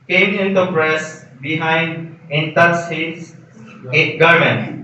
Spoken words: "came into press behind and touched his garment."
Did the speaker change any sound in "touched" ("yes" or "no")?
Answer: yes